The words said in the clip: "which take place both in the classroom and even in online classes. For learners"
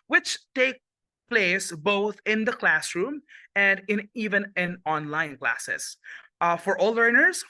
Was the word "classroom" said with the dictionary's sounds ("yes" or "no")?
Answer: yes